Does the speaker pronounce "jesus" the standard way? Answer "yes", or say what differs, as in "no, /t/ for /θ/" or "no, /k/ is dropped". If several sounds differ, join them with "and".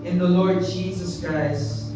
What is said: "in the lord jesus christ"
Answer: yes